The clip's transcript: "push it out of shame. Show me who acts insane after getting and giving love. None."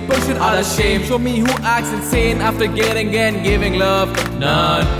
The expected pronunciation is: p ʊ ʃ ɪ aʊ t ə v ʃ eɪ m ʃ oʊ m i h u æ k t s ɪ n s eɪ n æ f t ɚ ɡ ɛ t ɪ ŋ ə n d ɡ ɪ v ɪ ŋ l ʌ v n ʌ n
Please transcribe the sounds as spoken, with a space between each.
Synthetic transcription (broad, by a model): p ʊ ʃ ɪ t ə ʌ ʃ eɪ m s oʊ m i h u æ k t s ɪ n s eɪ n æ f t ɚ ɡ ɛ t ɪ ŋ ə n ɡ ɪ v ɪ ŋ l ʌ v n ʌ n